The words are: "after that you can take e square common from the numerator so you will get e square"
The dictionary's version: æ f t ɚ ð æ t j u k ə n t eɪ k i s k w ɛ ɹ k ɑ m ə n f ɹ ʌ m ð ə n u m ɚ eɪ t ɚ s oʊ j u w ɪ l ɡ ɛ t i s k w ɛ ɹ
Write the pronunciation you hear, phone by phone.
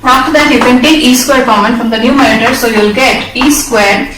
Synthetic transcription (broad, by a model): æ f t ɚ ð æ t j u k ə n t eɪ i s k w ɛ ɹ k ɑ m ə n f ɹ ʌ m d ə n u m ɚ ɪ t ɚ s oʊ j u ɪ l ɡ ɛ t i s k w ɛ ɹ